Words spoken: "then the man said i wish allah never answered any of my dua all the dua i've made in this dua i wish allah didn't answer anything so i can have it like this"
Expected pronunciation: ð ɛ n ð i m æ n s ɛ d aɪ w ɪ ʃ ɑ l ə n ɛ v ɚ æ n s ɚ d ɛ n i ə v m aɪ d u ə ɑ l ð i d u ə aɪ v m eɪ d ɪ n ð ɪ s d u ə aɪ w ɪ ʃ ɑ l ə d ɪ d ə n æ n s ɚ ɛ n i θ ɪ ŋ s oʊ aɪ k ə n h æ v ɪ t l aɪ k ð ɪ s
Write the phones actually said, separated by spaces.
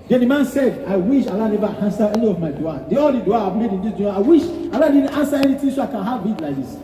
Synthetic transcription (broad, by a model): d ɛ n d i m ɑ n s ɛ d aɪ w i ʃ ɑ l ə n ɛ v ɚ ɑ n s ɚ ɛ n i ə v m aɪ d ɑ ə ɑ l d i d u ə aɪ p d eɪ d ɪ n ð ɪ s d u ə aɪ w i ʃ ɑ l ə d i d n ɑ n s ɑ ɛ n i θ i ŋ s oʊ aɪ k ə n h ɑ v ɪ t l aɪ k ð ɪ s